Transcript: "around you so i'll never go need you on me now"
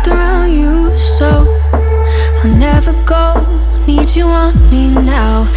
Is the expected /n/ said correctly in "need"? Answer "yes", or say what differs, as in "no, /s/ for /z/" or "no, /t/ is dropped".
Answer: yes